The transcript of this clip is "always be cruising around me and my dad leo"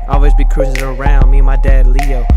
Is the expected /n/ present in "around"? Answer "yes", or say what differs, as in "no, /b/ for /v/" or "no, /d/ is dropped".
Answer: yes